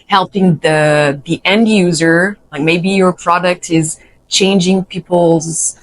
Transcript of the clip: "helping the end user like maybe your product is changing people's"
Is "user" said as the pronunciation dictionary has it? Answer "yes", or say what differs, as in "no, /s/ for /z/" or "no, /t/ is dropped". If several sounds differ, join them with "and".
yes